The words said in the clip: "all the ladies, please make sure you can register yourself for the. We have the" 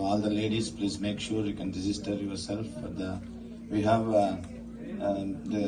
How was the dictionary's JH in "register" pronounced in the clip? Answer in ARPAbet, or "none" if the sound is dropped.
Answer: Z